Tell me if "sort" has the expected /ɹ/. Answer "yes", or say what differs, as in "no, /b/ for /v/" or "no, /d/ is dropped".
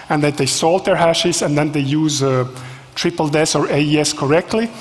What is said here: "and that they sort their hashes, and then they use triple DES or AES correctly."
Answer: no, /l/ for /ɹ/